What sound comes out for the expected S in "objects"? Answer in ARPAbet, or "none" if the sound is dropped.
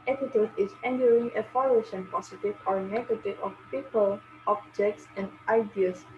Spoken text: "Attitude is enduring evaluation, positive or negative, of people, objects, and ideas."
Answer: S